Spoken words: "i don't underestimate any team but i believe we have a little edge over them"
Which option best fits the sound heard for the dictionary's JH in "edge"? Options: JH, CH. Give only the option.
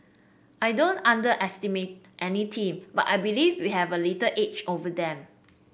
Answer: CH